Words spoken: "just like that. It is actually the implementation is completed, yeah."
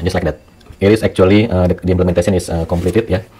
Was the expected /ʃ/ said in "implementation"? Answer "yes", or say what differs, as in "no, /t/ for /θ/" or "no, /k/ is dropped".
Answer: no, /s/ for /ʃ/